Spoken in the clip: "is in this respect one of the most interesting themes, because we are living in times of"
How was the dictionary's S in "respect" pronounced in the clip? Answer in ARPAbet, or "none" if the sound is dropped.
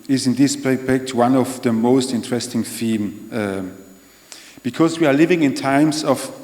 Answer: none